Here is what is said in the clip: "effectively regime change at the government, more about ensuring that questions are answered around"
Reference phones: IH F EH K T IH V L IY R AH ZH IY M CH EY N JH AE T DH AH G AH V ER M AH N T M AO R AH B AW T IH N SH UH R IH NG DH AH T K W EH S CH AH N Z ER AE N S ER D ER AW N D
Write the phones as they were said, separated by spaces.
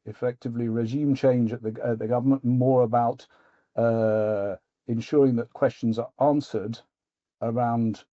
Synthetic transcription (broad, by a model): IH F EH K T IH V L IY R AH ZH IY M CH EY N JH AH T DH AH G AH V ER M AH N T M AO R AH B AW T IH N SH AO R IH NG DH AH T K W EH S CH AH N Z ER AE N S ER D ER AW N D